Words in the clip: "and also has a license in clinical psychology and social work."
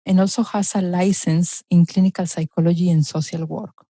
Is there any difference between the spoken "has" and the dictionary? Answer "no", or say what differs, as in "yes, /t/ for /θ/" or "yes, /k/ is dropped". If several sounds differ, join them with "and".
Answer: yes, /s/ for /z/